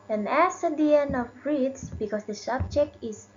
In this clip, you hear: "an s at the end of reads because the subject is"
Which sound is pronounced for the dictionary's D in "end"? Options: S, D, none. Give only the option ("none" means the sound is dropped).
none